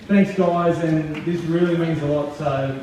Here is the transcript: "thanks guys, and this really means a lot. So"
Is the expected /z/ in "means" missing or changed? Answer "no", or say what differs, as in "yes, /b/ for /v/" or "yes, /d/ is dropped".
no